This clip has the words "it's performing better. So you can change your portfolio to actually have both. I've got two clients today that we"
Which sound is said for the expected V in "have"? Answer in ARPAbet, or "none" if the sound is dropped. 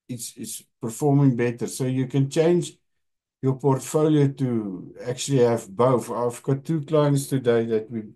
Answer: V